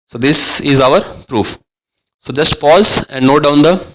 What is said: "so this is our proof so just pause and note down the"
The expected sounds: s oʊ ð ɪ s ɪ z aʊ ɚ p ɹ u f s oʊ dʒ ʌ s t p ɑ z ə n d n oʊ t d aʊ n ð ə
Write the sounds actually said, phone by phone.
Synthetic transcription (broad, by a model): s oʊ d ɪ s ɪ z aʊ ɚ p ɹ u f s oʊ dʒ ʌ s t p ɑ z ə n d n oʊ d aʊ n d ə